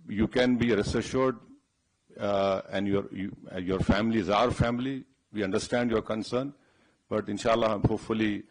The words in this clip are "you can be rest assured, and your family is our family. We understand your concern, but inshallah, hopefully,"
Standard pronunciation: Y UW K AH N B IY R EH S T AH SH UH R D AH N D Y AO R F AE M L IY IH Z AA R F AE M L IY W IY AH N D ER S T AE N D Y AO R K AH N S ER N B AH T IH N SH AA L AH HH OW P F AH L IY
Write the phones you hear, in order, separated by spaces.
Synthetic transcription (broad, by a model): Y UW K AH N B IY R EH S AH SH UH R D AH N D Y AO R F AE M L IY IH Z AA R F AE M L IY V IY AH N D ER S T AE N D Y AO R K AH N S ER N B AH T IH N SH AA L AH HH OW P F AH L IY